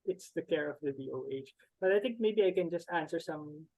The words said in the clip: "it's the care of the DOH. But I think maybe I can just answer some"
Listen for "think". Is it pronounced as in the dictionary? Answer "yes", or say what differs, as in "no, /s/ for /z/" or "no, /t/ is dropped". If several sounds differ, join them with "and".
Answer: yes